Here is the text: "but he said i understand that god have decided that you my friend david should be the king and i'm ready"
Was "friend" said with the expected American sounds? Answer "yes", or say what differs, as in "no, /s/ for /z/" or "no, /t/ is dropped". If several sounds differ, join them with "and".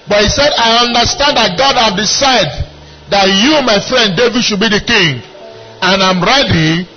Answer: yes